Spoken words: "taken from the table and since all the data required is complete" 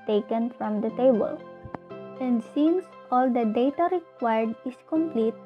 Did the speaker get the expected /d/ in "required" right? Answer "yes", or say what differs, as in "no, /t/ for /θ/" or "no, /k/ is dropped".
yes